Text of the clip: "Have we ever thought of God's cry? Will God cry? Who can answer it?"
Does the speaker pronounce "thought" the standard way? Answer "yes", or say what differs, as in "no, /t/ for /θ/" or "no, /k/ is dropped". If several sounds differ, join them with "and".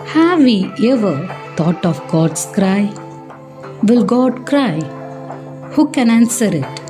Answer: no, /t/ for /θ/